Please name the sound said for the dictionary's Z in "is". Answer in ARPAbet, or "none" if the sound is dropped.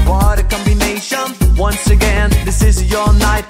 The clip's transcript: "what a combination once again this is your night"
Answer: Z